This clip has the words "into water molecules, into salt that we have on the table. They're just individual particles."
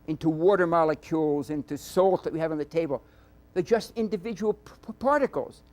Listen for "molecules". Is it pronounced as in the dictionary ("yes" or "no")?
yes